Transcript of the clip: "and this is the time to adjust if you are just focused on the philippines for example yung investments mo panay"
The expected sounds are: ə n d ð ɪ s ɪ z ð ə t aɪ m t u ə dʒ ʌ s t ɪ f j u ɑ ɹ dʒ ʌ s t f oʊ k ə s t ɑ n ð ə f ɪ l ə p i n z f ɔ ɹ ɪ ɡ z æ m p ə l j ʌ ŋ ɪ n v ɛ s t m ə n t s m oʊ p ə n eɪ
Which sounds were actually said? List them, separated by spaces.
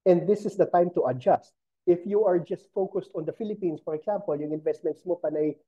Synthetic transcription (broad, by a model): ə n d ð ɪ s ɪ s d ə t aɪ m t u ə dʒ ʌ s t ɪ f j u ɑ ɹ dʒ ʌ s t f oʊ k ə s t ɑ n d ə f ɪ l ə p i n s f ɔ ɹ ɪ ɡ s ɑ m p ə l j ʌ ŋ ɪ n v ɛ s t m ə n t s m oʊ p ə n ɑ